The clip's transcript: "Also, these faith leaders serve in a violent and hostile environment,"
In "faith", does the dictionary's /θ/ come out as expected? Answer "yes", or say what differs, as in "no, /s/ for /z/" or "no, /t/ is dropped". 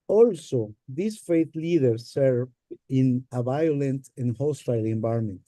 no, /t/ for /θ/